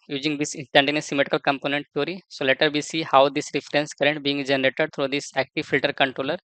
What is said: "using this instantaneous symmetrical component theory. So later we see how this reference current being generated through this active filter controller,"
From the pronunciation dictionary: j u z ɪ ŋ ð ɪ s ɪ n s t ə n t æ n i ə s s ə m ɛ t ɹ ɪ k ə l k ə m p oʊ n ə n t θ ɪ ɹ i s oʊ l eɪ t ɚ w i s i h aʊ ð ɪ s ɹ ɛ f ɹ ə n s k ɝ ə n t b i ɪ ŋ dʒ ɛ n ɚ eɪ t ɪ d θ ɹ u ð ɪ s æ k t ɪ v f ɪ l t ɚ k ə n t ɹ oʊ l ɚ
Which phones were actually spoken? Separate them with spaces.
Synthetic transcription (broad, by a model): j u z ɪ ŋ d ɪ s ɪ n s t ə n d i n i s s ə m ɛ t ɪ k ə l k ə m p oʊ n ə n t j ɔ ɹ i s oʊ l eɪ t ɚ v i s i h aʊ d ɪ s ɹ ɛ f ɹ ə n s k ɝ ə n t b i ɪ ŋ dʒ ɛ n ɚ eɪ t ɪ d t ɹ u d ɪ s æ k t ɪ v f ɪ l t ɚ k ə n t ɹ oʊ l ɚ